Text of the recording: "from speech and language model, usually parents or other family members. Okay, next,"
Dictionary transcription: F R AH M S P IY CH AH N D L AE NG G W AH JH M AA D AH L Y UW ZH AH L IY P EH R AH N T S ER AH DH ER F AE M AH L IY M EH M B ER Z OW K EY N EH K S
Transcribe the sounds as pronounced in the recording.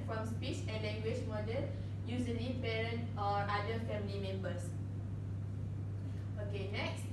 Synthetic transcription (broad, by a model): F R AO M S P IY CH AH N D L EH NG G W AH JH M AA D AH L Y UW Z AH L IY P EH R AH N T AO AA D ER F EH M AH L IY M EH M B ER S OW K EY N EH K S